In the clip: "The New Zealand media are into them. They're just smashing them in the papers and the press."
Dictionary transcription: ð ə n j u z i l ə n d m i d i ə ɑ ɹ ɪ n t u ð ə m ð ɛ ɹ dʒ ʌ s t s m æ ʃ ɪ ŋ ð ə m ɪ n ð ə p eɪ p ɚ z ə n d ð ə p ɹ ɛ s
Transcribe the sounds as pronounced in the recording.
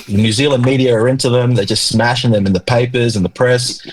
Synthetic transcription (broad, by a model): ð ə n j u z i l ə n m i d i ə ɹ ɪ n t u ð ə m ð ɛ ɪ dʒ ʌ s t s m æ ʃ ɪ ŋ ð ə m ɪ n ð ə p eɪ p ɚ z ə n ð ə p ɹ ɛ s